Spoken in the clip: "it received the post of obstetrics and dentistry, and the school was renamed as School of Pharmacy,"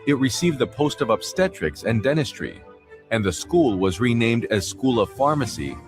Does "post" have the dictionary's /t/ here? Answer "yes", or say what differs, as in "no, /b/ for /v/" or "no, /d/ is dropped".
yes